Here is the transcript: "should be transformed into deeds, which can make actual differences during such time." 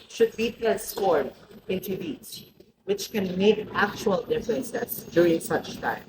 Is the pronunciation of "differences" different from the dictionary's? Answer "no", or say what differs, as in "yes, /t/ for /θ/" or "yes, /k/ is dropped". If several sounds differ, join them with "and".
yes, /l/ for /ɹ/